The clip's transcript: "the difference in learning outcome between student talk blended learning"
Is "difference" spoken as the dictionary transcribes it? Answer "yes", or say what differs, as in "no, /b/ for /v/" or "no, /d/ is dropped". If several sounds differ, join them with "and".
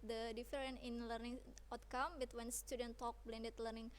no, /s/ is dropped